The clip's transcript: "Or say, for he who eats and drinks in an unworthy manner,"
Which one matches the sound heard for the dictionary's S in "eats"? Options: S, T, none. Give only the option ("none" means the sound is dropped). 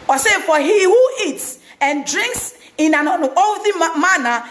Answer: S